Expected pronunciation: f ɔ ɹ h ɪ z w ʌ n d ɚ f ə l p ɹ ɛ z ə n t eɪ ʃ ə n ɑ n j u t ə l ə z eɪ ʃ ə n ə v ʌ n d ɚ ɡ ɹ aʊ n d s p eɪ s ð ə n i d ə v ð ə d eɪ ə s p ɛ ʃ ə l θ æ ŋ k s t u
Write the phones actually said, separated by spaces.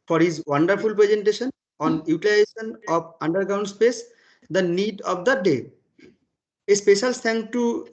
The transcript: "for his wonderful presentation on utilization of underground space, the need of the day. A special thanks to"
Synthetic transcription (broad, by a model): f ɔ ɹ h ɪ z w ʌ n d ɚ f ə l p ɹ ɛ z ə n t eɪ ʃ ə n ɑ n j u t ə l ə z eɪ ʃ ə n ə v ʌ n d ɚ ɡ ɹ aʊ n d s p eɪ s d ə n i d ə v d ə d eɪ ə s p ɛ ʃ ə l t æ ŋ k t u